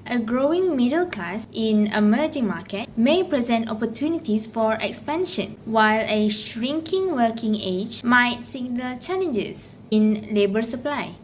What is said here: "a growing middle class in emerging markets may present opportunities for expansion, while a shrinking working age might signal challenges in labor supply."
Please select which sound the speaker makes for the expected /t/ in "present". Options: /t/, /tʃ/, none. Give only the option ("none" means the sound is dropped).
/t/